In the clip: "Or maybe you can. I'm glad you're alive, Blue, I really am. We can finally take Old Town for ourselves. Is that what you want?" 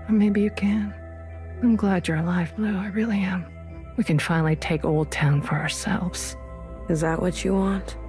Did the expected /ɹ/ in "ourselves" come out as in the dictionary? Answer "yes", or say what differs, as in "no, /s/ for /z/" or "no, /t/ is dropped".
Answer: yes